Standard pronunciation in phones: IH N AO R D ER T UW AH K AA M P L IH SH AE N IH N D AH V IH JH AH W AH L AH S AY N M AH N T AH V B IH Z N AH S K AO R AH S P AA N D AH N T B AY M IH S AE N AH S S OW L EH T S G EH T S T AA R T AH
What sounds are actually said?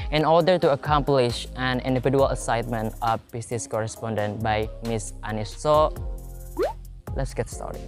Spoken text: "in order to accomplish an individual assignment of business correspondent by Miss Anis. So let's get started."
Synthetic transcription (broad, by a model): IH N AO R D ER T UW AH K AA M P L IH SH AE N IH N D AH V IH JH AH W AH L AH S AY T M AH N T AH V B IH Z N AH S K AO R AH S P AA N D AH N T B AY M IH S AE N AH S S OW L EH T S G EH T S T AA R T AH